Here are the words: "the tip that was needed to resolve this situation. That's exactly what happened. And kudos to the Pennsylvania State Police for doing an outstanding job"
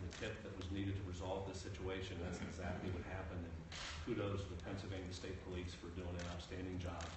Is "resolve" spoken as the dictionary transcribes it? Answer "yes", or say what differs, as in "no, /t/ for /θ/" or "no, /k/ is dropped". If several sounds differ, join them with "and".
yes